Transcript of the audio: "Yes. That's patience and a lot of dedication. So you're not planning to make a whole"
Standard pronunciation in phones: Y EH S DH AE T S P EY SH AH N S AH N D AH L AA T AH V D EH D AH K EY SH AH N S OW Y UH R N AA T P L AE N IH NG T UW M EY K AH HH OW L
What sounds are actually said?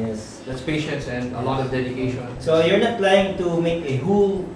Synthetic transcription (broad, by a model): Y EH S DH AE T S P EY SH AH N S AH N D AH L AA T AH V D EH D AH K EY SH AH N S OW Y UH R N AA T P L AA IH NG T UW M EY K AH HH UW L